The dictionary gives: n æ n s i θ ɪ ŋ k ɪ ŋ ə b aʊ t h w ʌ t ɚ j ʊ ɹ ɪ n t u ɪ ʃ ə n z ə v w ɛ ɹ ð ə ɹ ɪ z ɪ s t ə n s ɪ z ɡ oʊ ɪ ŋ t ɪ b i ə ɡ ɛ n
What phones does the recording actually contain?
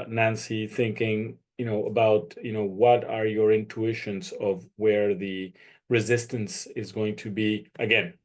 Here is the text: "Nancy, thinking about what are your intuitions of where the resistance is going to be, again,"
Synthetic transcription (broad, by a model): n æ n s i θ ɪ ŋ k ɪ ŋ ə b aʊ t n w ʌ t ɚ j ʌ ɹ ɪ n t u ɪ ʃ ə n z ə v w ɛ ɹ ð ə ɹ ɪ z ɪ s t ə n s ɪ z ɡ oʊ ɪ ŋ t ɪ b i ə ɡ ɛ n